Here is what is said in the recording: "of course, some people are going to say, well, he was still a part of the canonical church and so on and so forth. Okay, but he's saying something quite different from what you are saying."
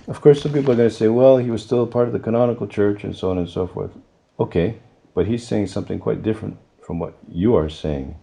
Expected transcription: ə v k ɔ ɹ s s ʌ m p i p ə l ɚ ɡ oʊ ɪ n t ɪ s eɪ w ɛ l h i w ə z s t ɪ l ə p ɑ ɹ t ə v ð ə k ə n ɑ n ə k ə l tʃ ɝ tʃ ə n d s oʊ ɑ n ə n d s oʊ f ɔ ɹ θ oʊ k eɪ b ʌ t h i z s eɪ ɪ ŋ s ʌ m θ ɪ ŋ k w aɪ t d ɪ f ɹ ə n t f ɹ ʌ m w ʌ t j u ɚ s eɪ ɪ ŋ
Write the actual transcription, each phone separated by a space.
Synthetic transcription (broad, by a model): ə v k ɔ ɹ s s ʌ m p i p l ɚ ɡ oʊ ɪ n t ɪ s eɪ w ɛ l h i w ə z s t ɪ l ə p ɑ ɹ t ə v ð ə k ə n ɑ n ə k l tʃ ɝ tʃ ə n s oʊ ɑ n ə n s oʊ f ɔ ɹ θ oʊ k eɪ b ʌ t h i z s eɪ ɪ ŋ s ʌ m θ ɪ ŋ k w aɪ t d ɪ f ɹ ə n t f ɹ ʌ m w ʌ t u ɚ s eɪ ɪ ŋ